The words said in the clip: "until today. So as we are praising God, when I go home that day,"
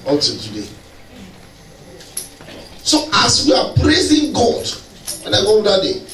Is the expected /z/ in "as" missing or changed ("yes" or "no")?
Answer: yes